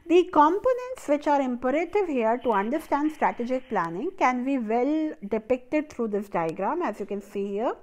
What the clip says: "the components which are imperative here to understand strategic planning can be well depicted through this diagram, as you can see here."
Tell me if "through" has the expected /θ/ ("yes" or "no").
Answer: no